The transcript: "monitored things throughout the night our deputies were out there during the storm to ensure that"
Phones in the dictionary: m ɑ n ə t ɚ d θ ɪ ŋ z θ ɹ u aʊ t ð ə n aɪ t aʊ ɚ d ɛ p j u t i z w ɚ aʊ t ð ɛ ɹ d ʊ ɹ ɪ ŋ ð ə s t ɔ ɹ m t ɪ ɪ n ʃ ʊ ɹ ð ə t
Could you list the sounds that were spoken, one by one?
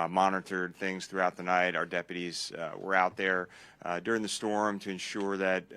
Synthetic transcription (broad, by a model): m ɑ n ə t ɚ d θ ɪ ŋ z θ ɹ u aʊ t ð ə n aɪ t aʊ ɚ d ɛ p j u t i z w ɚ aʊ t ð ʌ ɹ d ʊ ɹ ɪ ŋ ð ə s t ɔ ɹ m t ɪ ɪ n ʃ ʊ ɹ ð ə t